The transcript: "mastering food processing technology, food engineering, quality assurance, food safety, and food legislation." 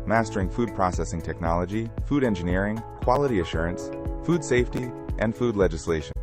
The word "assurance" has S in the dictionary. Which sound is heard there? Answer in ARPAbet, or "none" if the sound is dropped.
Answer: S